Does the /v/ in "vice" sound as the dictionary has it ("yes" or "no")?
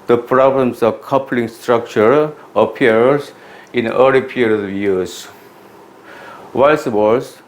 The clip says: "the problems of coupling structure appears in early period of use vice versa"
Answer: no